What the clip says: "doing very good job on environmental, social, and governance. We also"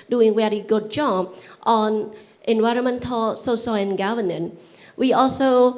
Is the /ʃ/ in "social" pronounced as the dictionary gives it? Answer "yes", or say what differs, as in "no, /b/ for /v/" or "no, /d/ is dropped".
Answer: no, /s/ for /ʃ/